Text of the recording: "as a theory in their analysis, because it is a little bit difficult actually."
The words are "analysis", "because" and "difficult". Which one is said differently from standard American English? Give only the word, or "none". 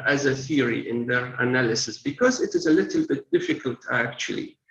none